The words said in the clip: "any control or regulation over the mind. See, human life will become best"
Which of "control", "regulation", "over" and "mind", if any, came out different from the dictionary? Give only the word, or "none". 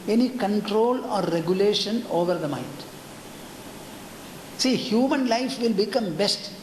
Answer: none